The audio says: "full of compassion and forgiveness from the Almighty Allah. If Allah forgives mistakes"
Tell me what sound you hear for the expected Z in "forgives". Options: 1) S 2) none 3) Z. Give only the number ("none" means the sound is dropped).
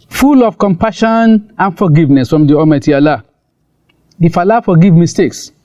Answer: 2